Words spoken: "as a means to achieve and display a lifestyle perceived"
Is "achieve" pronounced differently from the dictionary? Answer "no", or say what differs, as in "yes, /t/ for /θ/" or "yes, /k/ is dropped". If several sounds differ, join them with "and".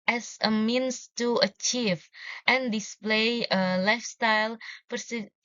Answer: no